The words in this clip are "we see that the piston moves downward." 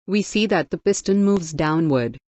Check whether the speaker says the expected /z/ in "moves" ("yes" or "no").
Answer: yes